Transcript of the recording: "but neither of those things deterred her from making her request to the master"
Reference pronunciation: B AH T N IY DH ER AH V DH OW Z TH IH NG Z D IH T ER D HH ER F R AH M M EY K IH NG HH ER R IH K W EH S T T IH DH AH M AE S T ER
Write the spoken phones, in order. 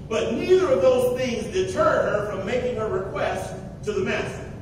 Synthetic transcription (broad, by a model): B AH T N IY DH ER AH V DH OW Z TH IH NG Z D IH T ER D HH ER F R AH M M EY K IH NG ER R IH K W EH S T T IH DH AH M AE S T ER